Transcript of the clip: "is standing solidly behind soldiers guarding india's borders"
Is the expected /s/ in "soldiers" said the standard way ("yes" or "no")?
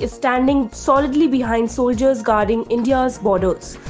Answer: yes